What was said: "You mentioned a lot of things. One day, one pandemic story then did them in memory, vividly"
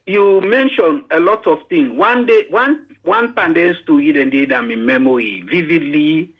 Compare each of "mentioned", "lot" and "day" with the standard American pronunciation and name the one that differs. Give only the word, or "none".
mentioned